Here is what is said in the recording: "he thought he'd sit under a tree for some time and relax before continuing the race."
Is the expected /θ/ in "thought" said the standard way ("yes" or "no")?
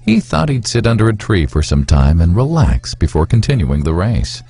yes